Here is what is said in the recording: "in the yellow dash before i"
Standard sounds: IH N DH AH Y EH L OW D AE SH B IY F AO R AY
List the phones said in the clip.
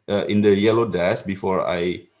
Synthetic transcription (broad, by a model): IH N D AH Y EH L OW D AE S B IY F AO R AY